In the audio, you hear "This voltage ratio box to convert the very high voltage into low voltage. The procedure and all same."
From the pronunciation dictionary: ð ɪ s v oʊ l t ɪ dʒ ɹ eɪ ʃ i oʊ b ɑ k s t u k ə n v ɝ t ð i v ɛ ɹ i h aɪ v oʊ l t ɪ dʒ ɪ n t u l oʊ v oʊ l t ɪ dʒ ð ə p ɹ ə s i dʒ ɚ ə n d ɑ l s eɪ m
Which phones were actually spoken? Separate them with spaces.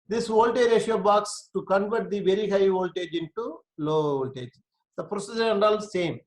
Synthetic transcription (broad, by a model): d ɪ s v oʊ l t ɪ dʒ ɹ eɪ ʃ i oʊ b ɑ k s t u k ə n v ɝ t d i v ɛ ɹ i h aɪ v oʊ l t ɪ dʒ ɪ n t u l oʊ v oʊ l t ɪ dʒ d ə p ɹ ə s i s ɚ ə n d ɑ l s eɪ m